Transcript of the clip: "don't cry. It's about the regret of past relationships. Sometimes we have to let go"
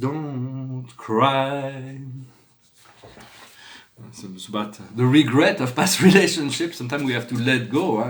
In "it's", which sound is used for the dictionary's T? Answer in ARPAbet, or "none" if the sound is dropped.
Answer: S